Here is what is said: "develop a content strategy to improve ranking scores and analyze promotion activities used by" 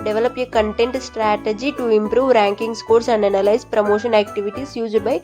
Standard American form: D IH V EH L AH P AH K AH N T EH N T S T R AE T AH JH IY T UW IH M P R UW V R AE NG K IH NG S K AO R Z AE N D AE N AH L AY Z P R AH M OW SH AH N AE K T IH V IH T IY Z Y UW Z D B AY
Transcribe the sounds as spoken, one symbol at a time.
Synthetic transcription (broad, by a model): D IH V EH L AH P AH K AH N T EH N T S T R AE T AH JH IY T UW IH M P R UW V R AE NG K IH NG S K AO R S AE N D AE N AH L AY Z P R AH M OW SH AH N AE K T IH V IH T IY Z Y UW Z D B AY